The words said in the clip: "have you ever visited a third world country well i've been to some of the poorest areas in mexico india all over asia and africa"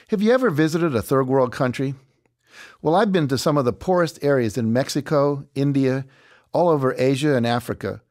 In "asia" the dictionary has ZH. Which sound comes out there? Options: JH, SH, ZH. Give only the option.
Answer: ZH